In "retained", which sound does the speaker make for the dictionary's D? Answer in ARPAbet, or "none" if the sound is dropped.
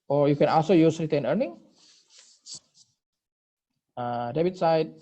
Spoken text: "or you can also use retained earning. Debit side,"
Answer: none